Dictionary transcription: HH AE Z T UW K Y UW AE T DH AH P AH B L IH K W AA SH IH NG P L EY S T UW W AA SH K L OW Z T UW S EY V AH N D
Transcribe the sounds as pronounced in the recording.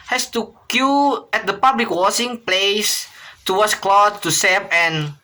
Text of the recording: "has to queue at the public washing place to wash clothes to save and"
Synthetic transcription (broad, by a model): HH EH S T UW K Y UW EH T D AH P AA B L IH K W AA S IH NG P L EY S T UW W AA S K L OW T T UW S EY P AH N